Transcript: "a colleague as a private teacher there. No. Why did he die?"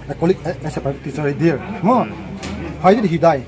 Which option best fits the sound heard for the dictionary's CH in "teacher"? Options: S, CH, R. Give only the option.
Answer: S